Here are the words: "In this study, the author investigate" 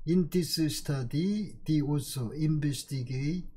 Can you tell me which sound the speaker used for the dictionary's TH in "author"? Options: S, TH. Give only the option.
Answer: S